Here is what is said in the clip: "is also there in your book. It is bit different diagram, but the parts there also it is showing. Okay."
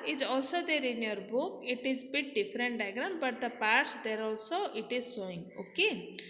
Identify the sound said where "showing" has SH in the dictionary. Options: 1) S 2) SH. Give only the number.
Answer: 1